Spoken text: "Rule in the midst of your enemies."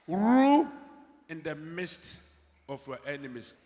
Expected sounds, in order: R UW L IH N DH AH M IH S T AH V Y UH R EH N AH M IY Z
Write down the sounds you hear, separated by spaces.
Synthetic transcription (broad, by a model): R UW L IH N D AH M IH S T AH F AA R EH N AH M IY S